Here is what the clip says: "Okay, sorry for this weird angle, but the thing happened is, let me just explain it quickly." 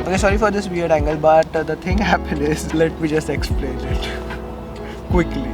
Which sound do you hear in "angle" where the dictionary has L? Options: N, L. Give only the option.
L